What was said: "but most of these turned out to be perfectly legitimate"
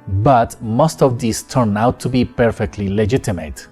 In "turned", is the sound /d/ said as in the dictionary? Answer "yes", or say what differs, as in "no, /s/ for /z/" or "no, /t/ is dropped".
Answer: no, /d/ is dropped